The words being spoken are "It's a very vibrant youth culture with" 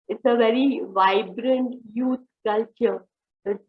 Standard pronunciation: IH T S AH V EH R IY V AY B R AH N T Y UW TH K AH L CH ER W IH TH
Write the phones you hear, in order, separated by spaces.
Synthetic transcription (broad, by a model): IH T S AH V EH R IY V AY B R AH N T Y UW T K AH L CH ER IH